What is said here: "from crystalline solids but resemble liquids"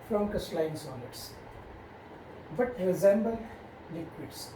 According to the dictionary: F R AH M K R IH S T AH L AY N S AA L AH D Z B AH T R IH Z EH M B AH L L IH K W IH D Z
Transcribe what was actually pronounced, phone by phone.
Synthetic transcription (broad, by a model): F R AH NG K IH S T L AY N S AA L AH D S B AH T R IH Z EH M B AH L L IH K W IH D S